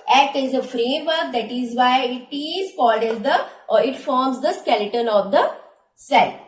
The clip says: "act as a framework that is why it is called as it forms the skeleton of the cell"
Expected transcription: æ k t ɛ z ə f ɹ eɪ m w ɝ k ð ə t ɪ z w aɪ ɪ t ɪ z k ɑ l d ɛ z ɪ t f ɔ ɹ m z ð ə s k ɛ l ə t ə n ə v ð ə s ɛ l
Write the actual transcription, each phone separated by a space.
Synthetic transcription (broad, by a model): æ k t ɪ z ə f ɹ eɪ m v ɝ k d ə t ɪ z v aɪ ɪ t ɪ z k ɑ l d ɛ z ɪ t f ɔ ɹ m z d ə s k ɛ l ə t ə n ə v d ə s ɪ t